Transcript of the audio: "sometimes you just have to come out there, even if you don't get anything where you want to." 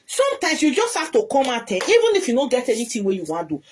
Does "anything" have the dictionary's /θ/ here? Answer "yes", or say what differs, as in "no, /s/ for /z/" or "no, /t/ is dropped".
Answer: no, /t/ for /θ/